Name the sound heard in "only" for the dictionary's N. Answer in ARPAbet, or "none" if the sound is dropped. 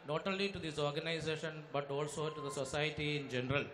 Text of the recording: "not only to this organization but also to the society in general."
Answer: none